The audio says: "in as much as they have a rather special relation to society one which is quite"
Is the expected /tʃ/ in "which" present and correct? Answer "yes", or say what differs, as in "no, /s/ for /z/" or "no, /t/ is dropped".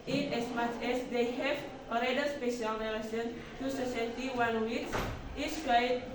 no, /s/ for /tʃ/